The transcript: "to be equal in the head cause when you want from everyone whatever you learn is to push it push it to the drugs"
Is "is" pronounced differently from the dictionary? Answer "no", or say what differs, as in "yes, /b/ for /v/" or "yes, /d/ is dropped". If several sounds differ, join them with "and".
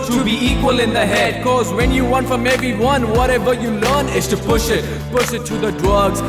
yes, /s/ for /z/